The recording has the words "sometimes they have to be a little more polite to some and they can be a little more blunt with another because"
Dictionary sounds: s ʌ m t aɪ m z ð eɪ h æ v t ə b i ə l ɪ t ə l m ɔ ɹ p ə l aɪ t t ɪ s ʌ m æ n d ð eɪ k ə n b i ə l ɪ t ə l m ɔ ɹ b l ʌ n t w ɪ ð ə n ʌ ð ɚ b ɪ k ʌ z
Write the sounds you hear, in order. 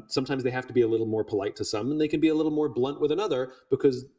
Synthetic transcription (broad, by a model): s ʌ m t aɪ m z ð eɪ h æ f t ə b i ə l ɪ t l m ɔ ɹ p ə l aɪ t t ɪ s ʌ m n ð eɪ k ə n b i ə l ɪ t l m ɔ ɹ b l ʌ n t w ɪ ð ə n ʌ ð ɚ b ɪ k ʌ z